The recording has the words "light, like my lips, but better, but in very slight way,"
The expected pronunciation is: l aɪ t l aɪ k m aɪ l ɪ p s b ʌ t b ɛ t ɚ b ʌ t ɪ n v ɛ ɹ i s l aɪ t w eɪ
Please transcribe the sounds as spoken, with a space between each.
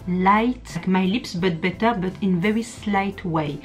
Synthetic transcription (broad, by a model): l aɪ t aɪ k m aɪ l ɪ p s b ʌ t b ɛ t ɚ b ʌ t ɪ n v ɛ ɹ i s l aɪ t w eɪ